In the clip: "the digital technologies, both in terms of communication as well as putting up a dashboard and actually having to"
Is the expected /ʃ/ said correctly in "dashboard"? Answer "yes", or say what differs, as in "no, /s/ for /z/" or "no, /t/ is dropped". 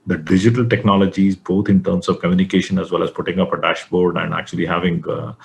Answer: yes